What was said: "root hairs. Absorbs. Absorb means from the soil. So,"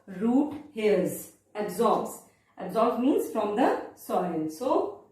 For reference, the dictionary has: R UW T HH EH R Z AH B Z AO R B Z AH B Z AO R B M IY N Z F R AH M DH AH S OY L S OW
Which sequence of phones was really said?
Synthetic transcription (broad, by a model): R UW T HH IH L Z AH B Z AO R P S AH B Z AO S M IY N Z F R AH M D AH S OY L S OW